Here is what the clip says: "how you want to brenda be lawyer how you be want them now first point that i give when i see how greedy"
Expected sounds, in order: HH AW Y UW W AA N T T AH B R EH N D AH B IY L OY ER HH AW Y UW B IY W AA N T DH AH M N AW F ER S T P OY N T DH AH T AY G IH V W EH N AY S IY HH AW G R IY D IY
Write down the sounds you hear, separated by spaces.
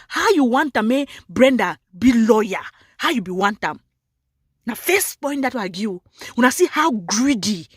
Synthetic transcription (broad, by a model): HH AW Y UW W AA N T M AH B R EH N D AH B IY L OY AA HH AW Y UW B IY W AA N T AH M N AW F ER S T P OY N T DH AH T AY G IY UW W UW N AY S IY HH AW G R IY D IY